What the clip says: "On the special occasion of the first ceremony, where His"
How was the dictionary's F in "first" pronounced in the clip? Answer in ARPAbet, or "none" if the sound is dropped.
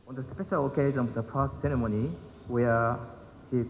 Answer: P